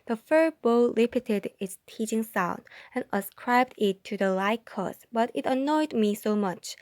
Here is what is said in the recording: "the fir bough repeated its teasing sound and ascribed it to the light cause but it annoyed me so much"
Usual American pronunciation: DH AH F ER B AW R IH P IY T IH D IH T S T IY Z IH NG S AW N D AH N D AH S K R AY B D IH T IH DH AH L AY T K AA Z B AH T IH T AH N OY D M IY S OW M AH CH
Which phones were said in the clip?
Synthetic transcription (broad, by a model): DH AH F ER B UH L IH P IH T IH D IH T S T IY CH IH NG S AW N D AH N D AH S K R AY B D IH T IH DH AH L AY K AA S B AH T IH T AH N OY D M IY S OW M AH CH